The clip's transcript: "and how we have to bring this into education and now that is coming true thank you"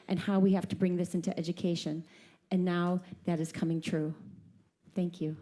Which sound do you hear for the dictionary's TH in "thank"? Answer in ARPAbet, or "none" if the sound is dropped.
TH